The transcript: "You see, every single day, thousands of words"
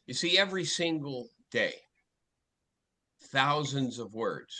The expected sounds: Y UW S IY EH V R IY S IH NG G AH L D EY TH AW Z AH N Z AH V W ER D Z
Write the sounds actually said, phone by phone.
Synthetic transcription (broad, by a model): Y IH S IY EH V R IY S IH NG G L D EY TH AW Z AH N Z AH V W ER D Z